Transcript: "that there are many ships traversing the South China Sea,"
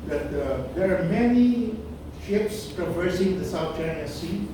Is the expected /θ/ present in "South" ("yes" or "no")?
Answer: no